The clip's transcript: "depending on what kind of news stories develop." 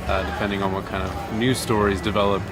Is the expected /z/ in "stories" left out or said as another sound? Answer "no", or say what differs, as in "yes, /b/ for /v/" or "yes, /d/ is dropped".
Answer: no